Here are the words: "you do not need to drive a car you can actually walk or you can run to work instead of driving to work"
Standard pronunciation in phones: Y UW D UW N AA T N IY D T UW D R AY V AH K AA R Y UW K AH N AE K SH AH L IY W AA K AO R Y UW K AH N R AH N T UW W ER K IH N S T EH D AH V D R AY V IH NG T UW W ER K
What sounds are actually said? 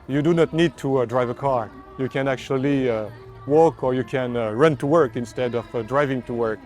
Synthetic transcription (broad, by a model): Y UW D UW N AA T N IY D T UW D R AY V AH K AA R Y UW K AH N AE K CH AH L IY W AA K AO R Y UW K AH N R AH N T UW W ER K IH N S T EH D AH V D R AY V IH NG T UW W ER K